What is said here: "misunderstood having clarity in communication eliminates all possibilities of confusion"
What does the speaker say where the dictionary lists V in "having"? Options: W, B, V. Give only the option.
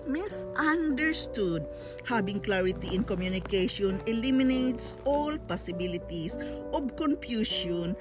B